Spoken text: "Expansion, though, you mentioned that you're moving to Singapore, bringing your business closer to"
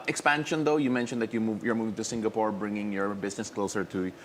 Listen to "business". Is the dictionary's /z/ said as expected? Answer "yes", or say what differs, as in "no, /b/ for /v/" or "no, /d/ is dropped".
no, /s/ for /z/